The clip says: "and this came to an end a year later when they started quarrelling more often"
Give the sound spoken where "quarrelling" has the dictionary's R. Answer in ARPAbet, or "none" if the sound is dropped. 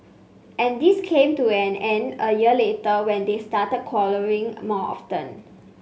L